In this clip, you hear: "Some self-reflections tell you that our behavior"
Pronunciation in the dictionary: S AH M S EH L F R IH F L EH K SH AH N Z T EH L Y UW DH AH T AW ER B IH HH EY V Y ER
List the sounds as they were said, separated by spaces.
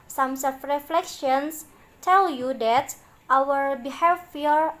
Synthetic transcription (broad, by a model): S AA M S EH F R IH F L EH K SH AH N S T EH L Y UW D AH T AW ER B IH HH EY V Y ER